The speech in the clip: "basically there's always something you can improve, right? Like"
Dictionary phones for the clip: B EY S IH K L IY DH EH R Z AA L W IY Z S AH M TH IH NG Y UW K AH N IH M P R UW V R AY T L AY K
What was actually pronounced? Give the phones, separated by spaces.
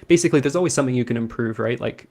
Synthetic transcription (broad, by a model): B EY S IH K L IY DH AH R Z AA L W IY Z S AH M TH IH NG Y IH K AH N IH M P R UW V R AY T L AY K